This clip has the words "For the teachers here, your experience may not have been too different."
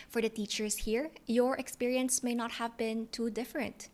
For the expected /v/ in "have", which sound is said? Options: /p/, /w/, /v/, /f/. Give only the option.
/v/